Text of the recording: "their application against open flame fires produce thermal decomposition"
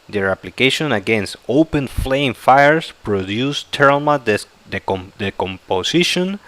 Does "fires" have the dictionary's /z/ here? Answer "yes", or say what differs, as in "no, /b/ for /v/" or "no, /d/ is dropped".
no, /s/ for /z/